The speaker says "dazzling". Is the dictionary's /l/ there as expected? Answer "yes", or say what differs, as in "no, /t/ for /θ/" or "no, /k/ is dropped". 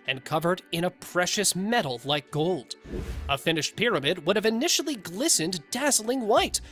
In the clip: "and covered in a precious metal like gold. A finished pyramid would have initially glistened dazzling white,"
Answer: yes